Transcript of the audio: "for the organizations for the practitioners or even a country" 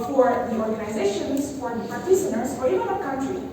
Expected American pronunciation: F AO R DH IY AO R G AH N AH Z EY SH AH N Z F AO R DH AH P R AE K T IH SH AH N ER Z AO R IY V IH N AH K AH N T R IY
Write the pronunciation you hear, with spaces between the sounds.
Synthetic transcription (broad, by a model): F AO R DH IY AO R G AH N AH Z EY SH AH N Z F AO R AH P AE T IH S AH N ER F AO R IY V IH N AH K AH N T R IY